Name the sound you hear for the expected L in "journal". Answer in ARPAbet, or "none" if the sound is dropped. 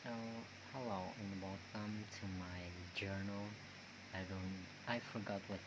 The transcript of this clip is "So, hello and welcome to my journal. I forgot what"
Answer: N